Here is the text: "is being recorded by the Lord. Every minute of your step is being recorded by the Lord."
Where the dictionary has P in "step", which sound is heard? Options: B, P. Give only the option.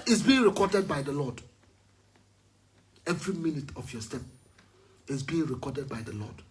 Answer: P